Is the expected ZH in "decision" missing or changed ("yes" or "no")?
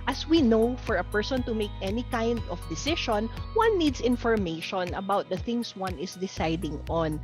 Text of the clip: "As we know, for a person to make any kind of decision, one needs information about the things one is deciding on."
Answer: yes